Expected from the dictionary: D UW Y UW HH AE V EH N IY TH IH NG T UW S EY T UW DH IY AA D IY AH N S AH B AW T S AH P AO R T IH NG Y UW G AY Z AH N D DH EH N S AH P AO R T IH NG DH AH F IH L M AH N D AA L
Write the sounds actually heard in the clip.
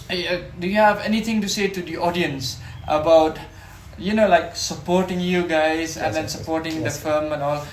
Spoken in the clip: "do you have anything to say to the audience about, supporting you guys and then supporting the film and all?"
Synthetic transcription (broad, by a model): D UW Y UW HH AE V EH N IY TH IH NG T UW S EY T UW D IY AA D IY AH N S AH B AW T S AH P AO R T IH NG Y UW G AY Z AH N D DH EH N S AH P AO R T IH NG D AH F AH M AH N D AA L